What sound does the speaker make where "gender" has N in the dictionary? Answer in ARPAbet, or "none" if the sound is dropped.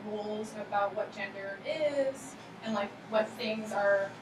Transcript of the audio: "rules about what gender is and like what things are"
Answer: N